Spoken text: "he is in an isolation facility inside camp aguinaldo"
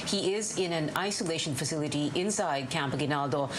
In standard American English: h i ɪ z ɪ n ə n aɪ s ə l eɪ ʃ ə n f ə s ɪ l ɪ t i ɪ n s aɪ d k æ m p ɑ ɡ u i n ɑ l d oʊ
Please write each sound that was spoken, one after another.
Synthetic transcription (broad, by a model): h i ɪ z ɪ n ə n aɪ s ə l eɪ ʃ ə n f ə s ɪ l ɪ t i ɪ n s aɪ d k æ m p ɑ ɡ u n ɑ l d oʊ